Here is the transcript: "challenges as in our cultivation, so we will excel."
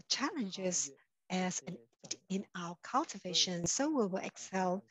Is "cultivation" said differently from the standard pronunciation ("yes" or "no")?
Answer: no